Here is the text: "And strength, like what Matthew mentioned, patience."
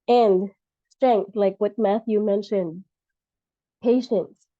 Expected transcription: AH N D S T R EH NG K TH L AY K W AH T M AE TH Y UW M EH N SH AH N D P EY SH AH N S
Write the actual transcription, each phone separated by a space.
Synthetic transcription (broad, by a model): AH N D S T R EH NG K TH L AY K W AH T M AE TH Y UW M EH N SH AH N D P EY SH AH N S